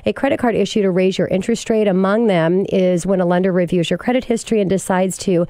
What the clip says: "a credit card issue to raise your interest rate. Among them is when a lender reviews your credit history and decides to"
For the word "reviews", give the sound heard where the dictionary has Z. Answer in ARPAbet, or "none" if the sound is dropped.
Z